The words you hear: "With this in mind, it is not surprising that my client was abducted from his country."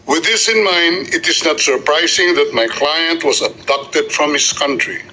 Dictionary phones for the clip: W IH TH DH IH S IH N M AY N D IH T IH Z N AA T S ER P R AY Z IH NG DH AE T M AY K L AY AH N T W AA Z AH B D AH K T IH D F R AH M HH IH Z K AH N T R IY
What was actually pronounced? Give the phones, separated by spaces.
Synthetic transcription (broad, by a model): W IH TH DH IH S IH N M AY N D IH T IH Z N AA T S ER P R AY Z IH NG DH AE T M AY K L AY AH N T W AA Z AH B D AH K T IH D F R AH M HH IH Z K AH N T R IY